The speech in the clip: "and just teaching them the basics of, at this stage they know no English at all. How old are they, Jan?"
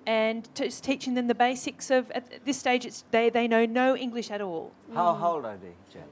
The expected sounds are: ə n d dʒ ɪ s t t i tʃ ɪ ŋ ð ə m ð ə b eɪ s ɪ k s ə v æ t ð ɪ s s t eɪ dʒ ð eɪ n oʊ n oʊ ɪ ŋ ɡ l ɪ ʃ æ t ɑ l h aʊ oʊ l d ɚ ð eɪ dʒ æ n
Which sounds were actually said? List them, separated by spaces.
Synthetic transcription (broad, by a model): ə n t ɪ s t t i tʃ ɪ ŋ ð ə m ð ə b eɪ s ɪ k s ə v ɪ t ð ɪ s s t eɪ dʒ ð eɪ n oʊ n oʊ ɪ ŋ ɡ l ɪ ʃ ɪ t ɑ l h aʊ oʊ l d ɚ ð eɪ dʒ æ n